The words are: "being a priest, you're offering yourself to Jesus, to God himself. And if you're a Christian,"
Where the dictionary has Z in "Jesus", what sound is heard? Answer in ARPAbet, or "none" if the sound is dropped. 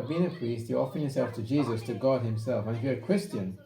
Z